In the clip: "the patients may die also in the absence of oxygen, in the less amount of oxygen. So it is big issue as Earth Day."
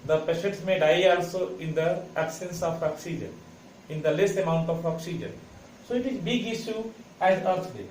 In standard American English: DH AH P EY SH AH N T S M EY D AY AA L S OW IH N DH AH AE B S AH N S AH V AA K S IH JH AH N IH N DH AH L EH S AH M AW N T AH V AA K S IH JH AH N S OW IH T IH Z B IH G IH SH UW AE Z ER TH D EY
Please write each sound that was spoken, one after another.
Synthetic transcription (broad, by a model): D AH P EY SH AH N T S M EY D AY AA L S OW IH N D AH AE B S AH N S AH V AA K S IH JH AH N IH N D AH L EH S AH M AW N T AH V AA K S IH JH AH N S OW IH T IH Z B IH G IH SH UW AE Z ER S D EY